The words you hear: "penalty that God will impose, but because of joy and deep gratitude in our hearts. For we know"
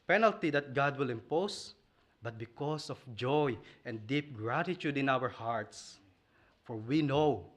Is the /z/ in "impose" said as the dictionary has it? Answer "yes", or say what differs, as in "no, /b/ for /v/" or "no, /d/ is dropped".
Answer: no, /s/ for /z/